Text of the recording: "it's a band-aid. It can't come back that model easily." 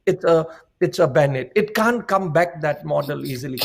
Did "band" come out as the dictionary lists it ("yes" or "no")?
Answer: no